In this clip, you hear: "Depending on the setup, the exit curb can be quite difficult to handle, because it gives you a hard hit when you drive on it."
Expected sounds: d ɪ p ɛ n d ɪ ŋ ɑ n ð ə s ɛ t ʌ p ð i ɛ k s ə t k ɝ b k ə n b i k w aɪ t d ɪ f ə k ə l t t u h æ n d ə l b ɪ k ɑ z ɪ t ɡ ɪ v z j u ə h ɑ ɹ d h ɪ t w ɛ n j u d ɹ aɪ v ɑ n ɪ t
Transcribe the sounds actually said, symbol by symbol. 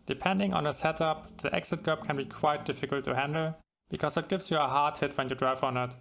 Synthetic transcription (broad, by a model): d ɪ p ɛ n d ɪ ŋ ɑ n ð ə s ɛ t ʌ p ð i ɛ k s ə t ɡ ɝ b k ə n b i k w aɪ t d ɪ f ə k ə l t t u h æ n d l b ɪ k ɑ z ɪ t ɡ ɪ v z j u ə h ɑ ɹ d h ɪ t w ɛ n j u d ɹ aɪ v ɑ n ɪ t